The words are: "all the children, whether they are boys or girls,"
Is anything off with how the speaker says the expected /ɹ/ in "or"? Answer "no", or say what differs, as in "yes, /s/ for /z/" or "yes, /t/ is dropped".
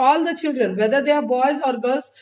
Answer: no